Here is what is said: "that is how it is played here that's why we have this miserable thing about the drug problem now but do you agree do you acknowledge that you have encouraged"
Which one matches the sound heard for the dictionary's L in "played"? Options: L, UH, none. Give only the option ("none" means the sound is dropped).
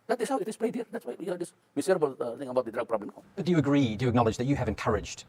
none